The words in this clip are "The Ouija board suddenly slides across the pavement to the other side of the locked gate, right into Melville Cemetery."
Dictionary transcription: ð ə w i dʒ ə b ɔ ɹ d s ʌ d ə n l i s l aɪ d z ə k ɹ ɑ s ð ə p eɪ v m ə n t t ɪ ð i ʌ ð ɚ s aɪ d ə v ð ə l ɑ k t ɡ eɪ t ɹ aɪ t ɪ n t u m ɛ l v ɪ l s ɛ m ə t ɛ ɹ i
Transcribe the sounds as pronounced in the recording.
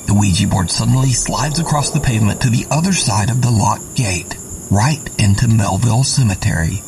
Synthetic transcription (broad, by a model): ð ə w i dʒ ə b ɔ ɹ d s ʌ d n l i s l aɪ d z ə k ɹ ɑ s ð ə p eɪ v m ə n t t ɪ ð i ʌ ð ɚ s aɪ d ə v ð ə l ɑ t ɡ eɪ t ɹ aɪ t ɪ n t u m ɛ l v ɪ l s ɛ m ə t ɛ ɹ i